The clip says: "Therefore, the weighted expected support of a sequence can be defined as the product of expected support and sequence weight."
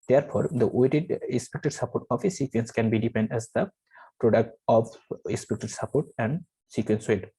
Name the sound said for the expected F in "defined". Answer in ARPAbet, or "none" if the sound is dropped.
P